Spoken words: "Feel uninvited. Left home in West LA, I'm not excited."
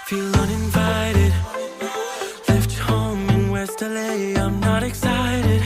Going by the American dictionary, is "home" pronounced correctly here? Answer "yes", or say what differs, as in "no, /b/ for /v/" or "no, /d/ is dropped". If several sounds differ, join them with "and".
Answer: no, /m/ is dropped